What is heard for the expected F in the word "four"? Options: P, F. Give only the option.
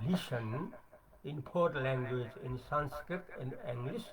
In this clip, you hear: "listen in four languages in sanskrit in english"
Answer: P